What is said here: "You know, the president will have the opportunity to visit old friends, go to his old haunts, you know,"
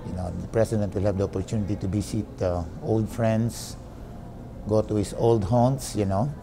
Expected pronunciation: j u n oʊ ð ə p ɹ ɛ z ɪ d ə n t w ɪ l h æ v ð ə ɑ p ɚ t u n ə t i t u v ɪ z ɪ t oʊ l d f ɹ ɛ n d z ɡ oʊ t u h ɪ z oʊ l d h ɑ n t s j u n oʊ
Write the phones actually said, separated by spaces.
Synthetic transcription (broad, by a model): j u n oʊ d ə p ɹ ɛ s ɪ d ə n t w ɪ l h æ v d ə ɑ p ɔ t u n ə t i t u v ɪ s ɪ t oʊ l d f ɹ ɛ n d s ɡ oʊ t u h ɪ s oʊ l d h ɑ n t s j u n oʊ